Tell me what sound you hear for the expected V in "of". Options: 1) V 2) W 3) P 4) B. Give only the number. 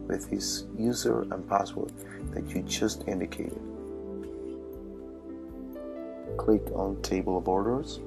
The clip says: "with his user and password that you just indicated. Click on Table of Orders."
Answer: 4